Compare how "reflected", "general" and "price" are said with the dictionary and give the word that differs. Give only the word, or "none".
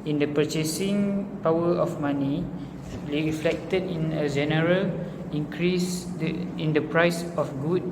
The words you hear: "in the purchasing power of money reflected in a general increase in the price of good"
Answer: reflected